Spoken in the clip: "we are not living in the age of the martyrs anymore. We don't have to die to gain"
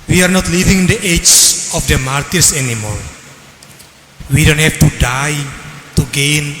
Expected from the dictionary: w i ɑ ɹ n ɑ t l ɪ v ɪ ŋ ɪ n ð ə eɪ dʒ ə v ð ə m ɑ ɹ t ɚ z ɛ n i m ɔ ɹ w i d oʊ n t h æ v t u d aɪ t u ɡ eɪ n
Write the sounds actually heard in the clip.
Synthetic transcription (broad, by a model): w i ɑ ɹ n ɑ t l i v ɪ ŋ ɪ n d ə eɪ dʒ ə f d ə m ɑ ɹ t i s ɛ n i m ɔ ɹ w i d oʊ n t h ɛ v t u d aɪ t u ɡ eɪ n